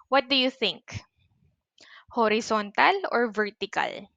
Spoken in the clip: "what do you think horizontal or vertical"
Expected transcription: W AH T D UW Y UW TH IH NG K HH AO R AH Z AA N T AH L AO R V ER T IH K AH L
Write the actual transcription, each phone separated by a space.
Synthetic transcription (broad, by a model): W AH T D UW Y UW TH IH NG K HH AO R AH S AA N T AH L AO R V ER T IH K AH L